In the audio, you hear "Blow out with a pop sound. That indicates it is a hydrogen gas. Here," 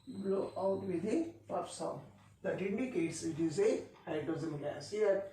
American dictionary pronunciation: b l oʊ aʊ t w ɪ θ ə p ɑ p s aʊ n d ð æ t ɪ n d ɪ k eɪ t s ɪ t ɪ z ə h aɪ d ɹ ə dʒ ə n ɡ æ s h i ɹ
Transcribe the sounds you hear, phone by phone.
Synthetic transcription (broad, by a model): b l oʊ aʊ t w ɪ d ə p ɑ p s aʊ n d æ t ɪ n d ɪ k eɪ t s ɪ t ɪ z ə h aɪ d ə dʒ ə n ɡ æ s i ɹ